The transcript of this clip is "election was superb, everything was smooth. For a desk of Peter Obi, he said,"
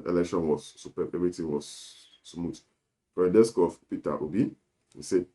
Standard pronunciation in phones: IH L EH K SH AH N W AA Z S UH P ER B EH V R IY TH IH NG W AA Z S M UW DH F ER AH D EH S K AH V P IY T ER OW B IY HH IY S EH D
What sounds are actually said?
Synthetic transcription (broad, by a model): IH L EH K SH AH N W AA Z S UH P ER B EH V R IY T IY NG W AA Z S M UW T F AH D EH S K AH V P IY T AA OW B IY HH IY S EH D